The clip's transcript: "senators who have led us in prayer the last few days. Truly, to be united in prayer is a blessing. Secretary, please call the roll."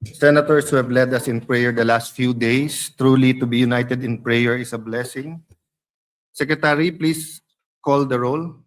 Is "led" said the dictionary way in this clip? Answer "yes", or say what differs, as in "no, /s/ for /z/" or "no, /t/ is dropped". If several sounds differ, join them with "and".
yes